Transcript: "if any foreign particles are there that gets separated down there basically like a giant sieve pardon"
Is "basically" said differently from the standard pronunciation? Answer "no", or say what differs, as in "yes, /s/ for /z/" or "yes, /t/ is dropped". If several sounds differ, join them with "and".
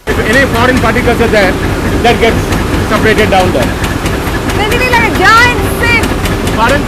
yes, /k/ is dropped